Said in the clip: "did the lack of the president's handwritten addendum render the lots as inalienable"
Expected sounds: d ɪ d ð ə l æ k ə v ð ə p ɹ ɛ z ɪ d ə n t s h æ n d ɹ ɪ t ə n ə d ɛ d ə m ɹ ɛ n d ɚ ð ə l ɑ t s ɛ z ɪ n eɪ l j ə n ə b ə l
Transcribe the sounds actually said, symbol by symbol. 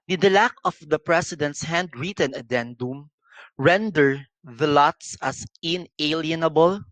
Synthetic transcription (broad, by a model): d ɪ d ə l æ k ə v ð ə p ɹ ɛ s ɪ d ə n t s h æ n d ɹ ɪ t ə n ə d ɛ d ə m ɹ ɛ n d ɚ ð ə l ɑ t s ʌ s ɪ n eɪ l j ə n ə b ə l